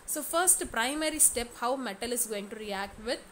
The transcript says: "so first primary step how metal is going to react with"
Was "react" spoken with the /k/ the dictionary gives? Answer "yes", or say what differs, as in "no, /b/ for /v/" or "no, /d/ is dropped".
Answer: yes